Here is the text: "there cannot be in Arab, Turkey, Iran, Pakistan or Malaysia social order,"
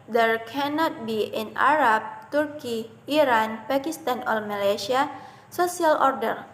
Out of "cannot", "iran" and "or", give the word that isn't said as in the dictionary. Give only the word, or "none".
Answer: or